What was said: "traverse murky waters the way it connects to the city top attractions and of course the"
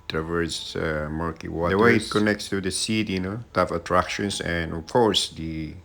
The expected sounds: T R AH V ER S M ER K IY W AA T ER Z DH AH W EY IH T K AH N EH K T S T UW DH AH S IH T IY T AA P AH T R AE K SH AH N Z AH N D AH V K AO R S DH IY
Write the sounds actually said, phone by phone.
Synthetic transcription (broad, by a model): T R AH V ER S M ER K IY W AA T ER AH W EY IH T K AH N EH K T S T UW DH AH S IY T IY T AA F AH T R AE K SH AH N S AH N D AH F K AO R S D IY